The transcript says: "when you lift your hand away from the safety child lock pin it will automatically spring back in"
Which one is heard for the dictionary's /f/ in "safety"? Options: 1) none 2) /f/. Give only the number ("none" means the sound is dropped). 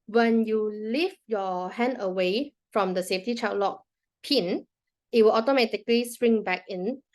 2